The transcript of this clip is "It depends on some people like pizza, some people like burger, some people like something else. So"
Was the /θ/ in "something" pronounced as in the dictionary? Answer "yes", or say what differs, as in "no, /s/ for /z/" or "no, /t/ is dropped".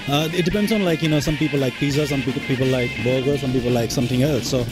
no, /t/ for /θ/